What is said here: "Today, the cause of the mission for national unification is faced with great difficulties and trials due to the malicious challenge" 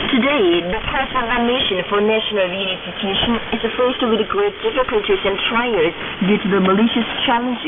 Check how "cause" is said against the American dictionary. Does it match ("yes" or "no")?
no